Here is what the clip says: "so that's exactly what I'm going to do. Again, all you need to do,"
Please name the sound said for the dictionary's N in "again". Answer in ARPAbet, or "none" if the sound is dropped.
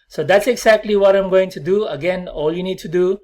N